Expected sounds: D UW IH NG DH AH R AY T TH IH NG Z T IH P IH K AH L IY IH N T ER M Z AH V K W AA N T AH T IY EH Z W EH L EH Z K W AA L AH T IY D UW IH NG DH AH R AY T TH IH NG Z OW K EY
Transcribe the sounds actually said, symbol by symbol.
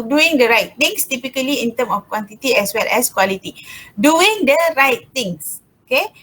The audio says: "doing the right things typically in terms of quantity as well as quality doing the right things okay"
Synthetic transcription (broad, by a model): D UW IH NG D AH R AY T T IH NG S T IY P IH K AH L IY IH N T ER M AH F K W AA N T AH T IY EH S W EH L EH S K W AA L AH T IY D UW IH NG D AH R AY T T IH NG S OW K EY